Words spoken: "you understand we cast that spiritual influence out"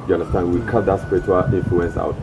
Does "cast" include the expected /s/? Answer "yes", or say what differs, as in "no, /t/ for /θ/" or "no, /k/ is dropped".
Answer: no, /s/ is dropped